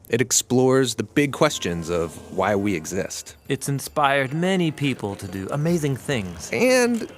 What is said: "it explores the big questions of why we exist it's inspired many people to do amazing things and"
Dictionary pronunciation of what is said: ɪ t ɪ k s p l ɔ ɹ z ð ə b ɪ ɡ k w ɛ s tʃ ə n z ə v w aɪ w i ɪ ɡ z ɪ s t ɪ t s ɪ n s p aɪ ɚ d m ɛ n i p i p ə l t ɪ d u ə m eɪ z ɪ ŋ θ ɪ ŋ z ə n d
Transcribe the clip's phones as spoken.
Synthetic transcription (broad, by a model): ɪ t ɪ k s p l ɔ ɹ z ð ə b ɪ ɡ k w ɛ s tʃ ə n z ə v w aɪ w i ɪ ɡ z ɪ s t ɪ t s ɪ n s p aɪ ɚ d m ɛ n i p i p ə l t ɪ d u ə m eɪ z ɪ ŋ θ ɪ ŋ z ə n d